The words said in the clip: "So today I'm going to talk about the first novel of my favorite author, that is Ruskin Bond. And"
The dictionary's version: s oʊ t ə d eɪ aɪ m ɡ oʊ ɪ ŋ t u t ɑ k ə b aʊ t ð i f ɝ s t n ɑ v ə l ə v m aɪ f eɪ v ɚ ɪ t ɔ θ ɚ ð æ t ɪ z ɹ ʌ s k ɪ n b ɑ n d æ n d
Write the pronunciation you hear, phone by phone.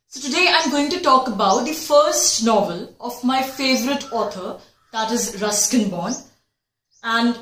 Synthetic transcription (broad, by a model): s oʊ t ə d eɪ aɪ m ɡ oʊ ɪ ŋ t u t ɑ k ə b aʊ t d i f ɝ s t n ɑ v ə l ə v m aɪ f eɪ v ɚ ɪ t ɔ t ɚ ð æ t ɪ z ɹ ʌ s k ɪ n b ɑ n æ n d